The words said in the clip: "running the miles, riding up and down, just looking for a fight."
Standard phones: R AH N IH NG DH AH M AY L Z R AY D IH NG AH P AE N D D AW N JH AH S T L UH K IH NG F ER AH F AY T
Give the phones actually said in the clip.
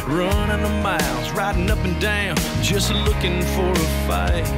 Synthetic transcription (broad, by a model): R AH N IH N DH AH M AY L Z R AY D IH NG AH P N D D AW N JH AH S T L UH K IH NG F ER AH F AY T